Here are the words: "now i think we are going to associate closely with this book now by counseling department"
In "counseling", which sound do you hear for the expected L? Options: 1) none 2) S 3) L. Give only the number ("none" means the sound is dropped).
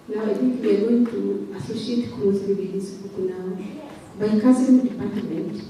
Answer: 1